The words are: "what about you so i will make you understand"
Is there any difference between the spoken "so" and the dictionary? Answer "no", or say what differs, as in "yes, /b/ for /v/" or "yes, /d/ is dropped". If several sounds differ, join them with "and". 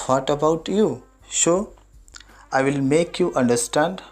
yes, /ʃ/ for /s/